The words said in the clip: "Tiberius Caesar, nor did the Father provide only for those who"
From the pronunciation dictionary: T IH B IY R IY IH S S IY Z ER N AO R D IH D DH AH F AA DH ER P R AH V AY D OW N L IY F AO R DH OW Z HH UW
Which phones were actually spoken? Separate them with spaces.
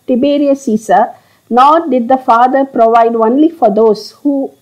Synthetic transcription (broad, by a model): T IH B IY R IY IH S S IY S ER N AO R D IH D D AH F AA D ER P R AH V AY D OW N L IY F AO R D OW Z HH UW